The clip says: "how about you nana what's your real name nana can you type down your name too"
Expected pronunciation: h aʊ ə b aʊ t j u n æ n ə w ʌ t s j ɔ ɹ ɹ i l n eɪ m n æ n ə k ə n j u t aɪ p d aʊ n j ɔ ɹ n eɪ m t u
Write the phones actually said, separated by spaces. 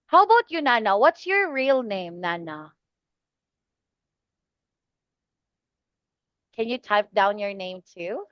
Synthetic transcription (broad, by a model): h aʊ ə b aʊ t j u n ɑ n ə w ʌ t s j ɔ ɹ ɹ i l n eɪ m n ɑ n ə k ə n j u t aɪ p d aʊ n j ɔ ɹ n eɪ m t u